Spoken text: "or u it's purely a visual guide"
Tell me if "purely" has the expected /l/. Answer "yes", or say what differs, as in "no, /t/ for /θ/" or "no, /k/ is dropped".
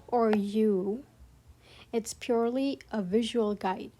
yes